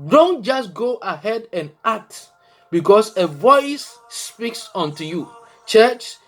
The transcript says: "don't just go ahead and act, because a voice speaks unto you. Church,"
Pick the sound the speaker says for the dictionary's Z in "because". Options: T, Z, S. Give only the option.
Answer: S